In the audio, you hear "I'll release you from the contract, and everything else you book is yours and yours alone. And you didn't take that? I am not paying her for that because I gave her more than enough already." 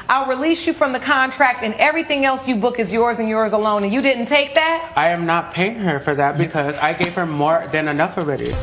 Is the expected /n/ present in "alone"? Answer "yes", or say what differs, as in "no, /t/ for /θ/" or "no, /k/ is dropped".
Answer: no, /n/ is dropped